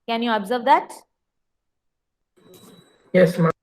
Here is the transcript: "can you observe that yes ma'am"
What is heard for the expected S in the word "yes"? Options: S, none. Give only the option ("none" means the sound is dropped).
S